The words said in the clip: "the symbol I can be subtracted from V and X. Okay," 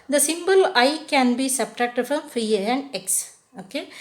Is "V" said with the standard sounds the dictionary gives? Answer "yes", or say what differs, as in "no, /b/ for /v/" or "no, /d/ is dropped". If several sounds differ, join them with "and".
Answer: no, /f/ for /v/